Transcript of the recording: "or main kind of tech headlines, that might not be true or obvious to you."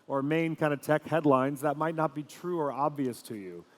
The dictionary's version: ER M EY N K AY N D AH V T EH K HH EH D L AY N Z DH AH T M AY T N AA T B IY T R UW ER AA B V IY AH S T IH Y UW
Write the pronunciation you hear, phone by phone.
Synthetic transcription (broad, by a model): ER M EY N K AY N D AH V T EH K HH EH D L AY N Z DH AH T M AY T N AA T B IY T R UW ER AA B V IY AH S T IH Y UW